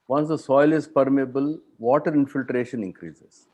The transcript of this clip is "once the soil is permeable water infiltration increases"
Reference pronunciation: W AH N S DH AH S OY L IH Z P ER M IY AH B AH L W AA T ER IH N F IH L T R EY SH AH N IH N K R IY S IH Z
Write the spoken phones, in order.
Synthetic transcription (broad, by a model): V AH N S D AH S OY L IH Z P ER M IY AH B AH L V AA T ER IH N F IH L T R EY SH AH N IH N K R IY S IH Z